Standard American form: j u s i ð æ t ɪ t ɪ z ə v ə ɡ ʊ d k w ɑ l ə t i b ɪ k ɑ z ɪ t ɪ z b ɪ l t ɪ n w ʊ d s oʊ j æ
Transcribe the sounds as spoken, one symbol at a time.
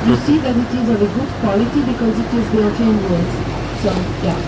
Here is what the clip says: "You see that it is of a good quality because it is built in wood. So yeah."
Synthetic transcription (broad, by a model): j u s i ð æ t ɪ t ɪ z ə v ə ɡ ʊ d k w ɑ l ə t i b ɪ k ɑ z ɪ t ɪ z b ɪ t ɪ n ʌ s s oʊ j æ